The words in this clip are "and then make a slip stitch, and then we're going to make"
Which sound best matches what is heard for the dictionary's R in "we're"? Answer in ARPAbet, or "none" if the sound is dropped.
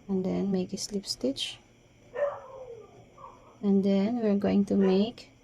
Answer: R